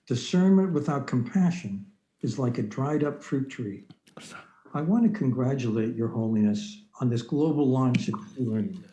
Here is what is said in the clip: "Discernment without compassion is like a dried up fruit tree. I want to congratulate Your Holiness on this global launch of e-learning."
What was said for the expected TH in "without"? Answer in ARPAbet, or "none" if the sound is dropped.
TH